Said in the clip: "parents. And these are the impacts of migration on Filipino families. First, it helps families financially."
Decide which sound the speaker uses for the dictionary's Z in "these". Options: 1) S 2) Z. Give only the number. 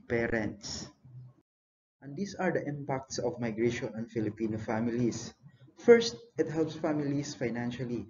1